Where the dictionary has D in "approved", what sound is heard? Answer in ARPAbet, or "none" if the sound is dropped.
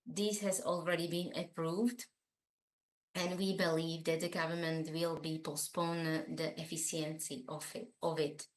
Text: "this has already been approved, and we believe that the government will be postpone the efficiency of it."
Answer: D